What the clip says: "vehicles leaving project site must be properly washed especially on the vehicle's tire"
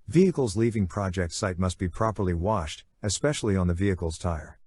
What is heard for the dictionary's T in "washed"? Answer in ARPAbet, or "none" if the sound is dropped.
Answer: T